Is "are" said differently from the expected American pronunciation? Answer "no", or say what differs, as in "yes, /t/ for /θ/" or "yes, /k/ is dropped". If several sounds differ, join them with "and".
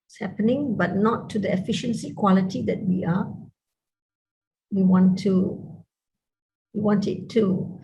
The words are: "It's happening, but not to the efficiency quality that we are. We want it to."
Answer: yes, /w/ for /ɹ/